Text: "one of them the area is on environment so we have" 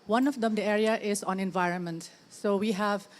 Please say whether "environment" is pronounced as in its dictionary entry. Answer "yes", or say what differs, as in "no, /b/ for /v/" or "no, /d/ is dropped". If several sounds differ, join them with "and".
yes